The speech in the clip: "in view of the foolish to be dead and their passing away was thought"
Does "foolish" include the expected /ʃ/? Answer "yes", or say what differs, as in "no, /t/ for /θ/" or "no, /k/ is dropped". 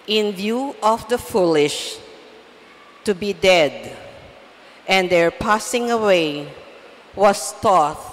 yes